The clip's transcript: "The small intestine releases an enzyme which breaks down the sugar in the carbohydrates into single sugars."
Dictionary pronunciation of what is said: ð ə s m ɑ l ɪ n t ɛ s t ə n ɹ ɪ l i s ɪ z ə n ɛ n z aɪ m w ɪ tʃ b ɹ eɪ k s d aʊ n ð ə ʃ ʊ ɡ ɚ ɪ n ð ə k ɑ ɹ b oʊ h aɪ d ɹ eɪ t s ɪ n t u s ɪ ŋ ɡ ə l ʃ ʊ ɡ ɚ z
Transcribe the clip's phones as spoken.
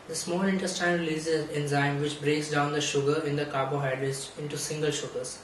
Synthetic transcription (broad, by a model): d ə s m ɑ l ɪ n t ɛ s t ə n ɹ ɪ l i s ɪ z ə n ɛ n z aɪ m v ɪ tʃ b ɹ eɪ k s d aʊ n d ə ʃ ʊ ɡ ɚ ɪ n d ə k ɑ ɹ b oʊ h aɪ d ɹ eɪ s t ɪ n t u s ɪ ŋ ɡ ə l ʃ ʊ ɡ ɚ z